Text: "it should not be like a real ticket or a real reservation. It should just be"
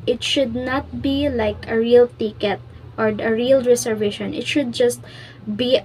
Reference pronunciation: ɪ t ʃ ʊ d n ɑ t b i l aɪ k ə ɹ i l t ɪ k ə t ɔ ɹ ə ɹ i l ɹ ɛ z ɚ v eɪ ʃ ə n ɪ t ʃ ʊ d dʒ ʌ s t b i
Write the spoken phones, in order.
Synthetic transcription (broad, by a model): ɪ t ʃ ʊ d n ɑ t b i l aɪ k ə ɹ i l t ɪ k ə t ɔ ɹ ə ɹ i l ɹ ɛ s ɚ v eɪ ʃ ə n ɪ t ʃ ʊ d dʒ ʌ s t b i